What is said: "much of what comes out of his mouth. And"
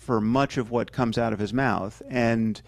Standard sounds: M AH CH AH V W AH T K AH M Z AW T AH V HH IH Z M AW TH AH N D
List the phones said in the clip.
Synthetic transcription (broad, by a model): M AH CH AH V W AH T K AH M Z AW T AH V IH Z M AW TH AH N